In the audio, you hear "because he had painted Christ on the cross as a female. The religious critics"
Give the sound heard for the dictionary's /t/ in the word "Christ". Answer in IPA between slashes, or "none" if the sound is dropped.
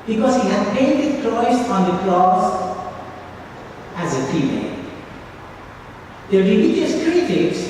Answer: none